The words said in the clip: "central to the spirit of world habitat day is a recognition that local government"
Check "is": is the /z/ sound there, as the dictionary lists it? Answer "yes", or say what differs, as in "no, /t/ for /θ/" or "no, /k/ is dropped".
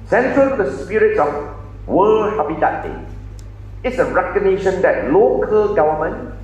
no, /s/ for /z/